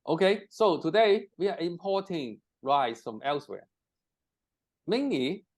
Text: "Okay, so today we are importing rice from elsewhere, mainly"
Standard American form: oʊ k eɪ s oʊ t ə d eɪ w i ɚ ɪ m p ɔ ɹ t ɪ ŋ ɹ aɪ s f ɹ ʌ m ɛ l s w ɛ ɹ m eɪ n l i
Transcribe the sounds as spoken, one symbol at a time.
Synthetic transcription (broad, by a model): oʊ k eɪ s oʊ t ə d eɪ w i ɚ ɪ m p ɔ t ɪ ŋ ɹ aɪ s f ɹ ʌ m ɛ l s w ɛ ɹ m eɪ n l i